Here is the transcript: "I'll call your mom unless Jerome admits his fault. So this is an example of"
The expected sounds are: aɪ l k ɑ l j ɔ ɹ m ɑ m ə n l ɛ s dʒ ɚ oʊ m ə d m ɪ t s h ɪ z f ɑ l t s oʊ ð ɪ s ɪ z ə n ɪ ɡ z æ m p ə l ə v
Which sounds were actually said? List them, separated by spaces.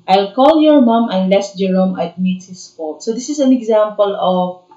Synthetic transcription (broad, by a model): aɪ l k ɑ l j ɔ ɹ m ɑ m ə n l ɛ s dʒ ɚ oʊ m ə d m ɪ t h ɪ s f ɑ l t s oʊ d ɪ s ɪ s ə n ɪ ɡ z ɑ m p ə l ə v